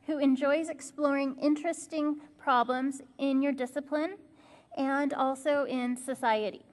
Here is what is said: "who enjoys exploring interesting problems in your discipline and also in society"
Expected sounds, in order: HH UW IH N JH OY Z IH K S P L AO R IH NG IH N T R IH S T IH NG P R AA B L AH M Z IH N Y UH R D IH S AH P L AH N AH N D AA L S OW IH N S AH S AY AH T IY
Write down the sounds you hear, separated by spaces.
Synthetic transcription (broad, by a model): HH UW IH N JH OY Z IH K S P L AO R IH NG IH N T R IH S T IH NG P R AA B L AH M Z IH N Y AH R D IH S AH P L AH N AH N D AA L S OW IH N S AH S AY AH T IY